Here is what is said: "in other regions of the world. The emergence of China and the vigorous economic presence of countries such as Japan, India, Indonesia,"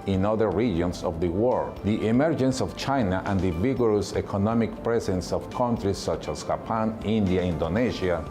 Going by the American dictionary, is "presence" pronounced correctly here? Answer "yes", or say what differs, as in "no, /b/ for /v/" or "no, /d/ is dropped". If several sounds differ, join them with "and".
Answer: no, /s/ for /z/